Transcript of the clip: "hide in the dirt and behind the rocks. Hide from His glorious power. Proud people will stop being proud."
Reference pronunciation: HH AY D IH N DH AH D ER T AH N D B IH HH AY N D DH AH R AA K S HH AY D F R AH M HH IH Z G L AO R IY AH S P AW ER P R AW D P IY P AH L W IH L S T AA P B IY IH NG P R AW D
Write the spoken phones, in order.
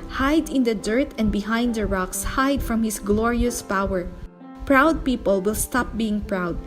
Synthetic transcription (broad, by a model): HH AY D IH N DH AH D ER T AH N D B IH HH AY N D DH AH R AA K S HH AY D F R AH M HH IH S G L AO R IY AH S P AW ER P R AW D P IY P AH L W IH L S T AA P B IY IH NG P R AW D